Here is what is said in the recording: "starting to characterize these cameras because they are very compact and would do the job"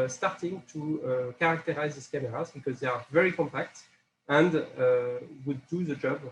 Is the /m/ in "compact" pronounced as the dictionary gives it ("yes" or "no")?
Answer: yes